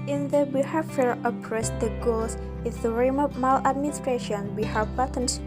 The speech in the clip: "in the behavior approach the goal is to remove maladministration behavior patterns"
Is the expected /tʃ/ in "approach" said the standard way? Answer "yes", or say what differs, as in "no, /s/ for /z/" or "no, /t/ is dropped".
no, /s/ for /tʃ/